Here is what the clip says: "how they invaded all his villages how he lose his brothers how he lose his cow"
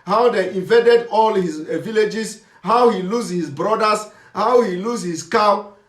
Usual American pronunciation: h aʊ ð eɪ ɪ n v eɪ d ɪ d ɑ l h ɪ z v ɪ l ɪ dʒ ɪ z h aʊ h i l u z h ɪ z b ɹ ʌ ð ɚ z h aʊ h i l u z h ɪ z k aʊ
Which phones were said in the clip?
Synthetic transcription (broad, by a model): h aʊ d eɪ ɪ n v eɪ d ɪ d ɑ l h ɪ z v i l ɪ dʒ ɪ s h aʊ h i l u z h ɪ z b ɹ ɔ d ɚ s h aʊ h i l u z h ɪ s k aʊ